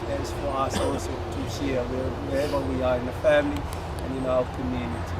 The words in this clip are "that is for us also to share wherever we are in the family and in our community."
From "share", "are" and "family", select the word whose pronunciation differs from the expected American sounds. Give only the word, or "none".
share